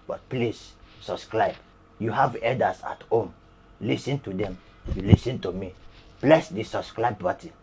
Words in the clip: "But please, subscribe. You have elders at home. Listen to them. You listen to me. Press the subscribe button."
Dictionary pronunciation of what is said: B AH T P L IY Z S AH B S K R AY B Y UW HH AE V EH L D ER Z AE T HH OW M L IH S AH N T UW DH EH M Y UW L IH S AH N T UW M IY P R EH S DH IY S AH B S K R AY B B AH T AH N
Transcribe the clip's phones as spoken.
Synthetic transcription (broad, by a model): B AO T P L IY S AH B S K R AY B Y UW HH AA V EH D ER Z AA T HH OW M L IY S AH N T UW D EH M Y UW L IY S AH N T UW M IY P L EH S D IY S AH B S K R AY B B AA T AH